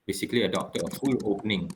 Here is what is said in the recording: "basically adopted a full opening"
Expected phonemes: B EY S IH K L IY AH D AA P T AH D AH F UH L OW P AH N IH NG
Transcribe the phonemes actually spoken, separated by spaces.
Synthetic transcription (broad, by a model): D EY S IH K L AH D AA T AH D AH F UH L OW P N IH NG